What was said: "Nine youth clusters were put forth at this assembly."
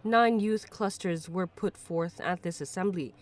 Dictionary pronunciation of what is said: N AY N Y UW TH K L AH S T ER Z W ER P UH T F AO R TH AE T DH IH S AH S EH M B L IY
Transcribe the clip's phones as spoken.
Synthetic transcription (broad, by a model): N AY N Y UW TH K L AH S T ER Z W ER P UH T F AO R TH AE T DH IH S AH S EH M B L IY